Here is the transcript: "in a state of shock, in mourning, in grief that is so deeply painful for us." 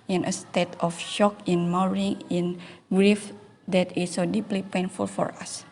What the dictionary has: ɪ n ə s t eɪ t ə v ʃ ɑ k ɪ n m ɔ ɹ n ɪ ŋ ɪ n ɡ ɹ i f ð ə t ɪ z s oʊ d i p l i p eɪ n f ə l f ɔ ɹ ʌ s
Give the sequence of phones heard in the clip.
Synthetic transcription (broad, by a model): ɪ n ə s t eɪ t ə f ʃ ɑ k ɪ n m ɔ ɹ ɪ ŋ ɪ n ɡ ɹ i f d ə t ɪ s oʊ d i p l i p eɪ n f ə l f ɔ ɹ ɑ s